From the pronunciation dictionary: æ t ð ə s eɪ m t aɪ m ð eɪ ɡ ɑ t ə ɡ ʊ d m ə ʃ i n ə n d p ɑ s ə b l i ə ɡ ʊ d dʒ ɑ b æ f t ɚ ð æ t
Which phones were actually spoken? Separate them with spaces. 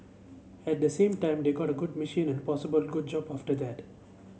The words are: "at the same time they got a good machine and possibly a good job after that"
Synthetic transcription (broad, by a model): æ t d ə s eɪ m t aɪ m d eɪ ɡ ɑ t ə ɡ ʊ d m ə ʃ i n ə n d p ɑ s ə b i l ɡ ʊ d dʒ ɑ b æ f t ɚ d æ t